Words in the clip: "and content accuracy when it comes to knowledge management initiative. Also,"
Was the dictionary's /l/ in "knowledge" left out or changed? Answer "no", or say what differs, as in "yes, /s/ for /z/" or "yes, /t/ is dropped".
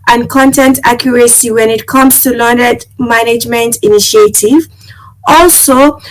yes, /n/ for /l/